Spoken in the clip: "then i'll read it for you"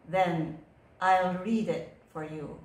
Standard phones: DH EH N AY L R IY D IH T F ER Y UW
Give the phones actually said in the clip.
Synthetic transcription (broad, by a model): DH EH N AY L R IY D IH T F ER Y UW